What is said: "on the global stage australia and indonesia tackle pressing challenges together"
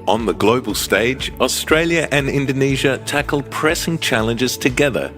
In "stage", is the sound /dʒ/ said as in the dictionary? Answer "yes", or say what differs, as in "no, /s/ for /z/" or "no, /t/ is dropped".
yes